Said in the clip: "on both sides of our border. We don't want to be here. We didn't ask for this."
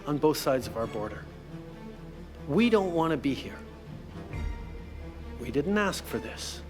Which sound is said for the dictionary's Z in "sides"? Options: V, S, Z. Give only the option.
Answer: Z